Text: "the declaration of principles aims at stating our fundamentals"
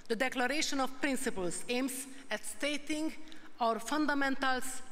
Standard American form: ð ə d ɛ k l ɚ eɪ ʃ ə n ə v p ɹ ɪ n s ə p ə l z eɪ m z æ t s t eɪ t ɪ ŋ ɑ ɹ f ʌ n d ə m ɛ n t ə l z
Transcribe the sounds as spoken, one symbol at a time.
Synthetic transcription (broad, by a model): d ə d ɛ k l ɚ eɪ ʃ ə n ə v p ɹ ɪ n s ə p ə l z eɪ m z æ t s t eɪ t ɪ ŋ ɑ ɹ f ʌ n d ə m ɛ n t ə l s